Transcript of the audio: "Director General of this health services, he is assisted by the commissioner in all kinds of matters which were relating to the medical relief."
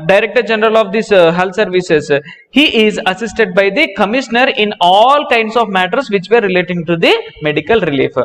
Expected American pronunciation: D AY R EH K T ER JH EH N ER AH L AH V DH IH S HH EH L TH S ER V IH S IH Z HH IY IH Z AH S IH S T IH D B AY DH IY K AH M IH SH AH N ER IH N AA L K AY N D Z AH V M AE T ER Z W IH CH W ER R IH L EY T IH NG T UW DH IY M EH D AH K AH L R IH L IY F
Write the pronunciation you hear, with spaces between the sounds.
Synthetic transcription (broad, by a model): D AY R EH K T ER JH EH N ER AH L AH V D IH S HH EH L T S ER V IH S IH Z HH IY IH Z AH S IH S T IH D B AY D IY K AH M IH SH AH N ER IH N AA L K AY N D S AH V M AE T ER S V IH CH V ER R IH L EY T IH NG T UW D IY M EH D AH K AH L R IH L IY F